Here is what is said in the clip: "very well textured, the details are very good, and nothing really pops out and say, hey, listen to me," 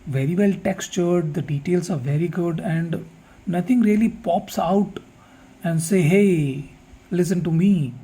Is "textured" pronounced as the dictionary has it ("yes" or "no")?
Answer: yes